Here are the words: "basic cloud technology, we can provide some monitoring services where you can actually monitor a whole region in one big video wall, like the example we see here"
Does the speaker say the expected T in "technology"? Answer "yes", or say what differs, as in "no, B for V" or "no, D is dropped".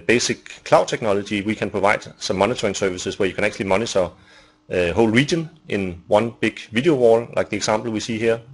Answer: no, S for T